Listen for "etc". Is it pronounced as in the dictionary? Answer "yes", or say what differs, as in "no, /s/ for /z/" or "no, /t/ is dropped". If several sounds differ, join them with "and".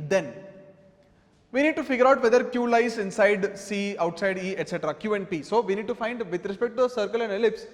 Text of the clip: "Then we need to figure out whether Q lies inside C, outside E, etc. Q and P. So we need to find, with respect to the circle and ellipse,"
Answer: yes